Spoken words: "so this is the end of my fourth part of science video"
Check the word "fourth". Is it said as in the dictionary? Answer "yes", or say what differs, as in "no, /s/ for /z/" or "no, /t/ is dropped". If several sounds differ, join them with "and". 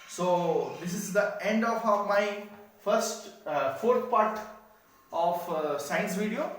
no, /t/ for /θ/